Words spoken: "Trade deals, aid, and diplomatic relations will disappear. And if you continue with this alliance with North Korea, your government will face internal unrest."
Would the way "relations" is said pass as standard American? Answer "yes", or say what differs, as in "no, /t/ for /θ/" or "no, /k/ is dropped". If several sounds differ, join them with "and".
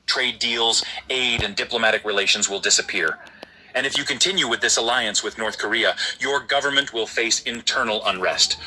yes